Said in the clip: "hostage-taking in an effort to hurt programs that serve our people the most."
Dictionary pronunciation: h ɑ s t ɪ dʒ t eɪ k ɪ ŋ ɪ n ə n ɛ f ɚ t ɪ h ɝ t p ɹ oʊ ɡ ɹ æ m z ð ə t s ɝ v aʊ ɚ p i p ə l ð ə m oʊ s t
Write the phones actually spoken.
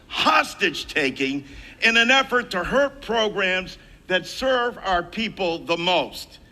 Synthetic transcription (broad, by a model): h ɑ s t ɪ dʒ t eɪ k ɪ ŋ ɪ n ə n ɛ f ɚ t ɪ h ɝ t p ɹ oʊ ɡ ɹ æ m z ð ə t s ɝ v aʊ ɚ p i p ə l ð ə m oʊ s t